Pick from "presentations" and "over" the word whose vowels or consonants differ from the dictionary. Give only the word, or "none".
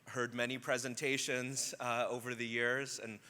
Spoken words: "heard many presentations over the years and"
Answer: none